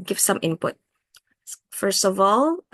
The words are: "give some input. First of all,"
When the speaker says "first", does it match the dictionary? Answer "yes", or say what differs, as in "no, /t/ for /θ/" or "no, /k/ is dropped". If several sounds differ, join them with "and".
yes